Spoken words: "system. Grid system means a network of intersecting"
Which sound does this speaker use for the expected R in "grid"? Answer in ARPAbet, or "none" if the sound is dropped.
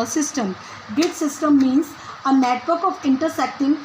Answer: none